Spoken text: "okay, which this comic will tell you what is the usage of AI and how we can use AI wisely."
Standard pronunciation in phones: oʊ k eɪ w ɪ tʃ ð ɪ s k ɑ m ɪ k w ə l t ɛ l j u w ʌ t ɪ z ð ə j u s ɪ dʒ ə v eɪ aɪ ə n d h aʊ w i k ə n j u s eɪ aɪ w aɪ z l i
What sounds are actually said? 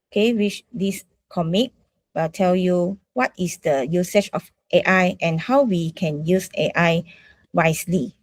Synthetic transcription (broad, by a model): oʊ k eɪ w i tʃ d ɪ s k ɑ m ɪ k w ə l t ɛ l j u w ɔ t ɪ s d ə j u s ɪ tʃ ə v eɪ aɪ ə n h aʊ w i k ə n j u s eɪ aɪ w aɪ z l i